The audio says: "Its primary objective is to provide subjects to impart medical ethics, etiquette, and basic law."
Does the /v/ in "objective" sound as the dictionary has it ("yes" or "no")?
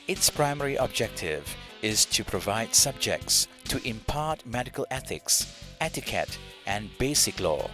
yes